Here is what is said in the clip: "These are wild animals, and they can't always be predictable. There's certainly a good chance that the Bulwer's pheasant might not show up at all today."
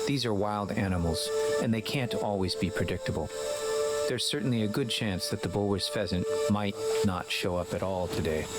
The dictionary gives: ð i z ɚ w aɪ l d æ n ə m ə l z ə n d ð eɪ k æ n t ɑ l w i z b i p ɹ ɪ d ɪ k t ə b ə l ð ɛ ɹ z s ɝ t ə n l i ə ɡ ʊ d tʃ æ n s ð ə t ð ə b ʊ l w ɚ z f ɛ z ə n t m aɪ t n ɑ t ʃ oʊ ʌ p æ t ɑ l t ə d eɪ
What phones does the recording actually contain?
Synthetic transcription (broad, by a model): ð i z ɚ w aɪ l d æ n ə m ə l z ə n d ð eɪ k æ n t ɑ l w i z b i p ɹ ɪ d ɪ k t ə b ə l ð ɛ ɹ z s ɝ t n l i ə ɡ ʊ d tʃ æ n s ð ə t ð ə b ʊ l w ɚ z f ɛ z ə n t m aɪ t n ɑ t ʃ oʊ ʌ p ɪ t ɑ l t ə d eɪ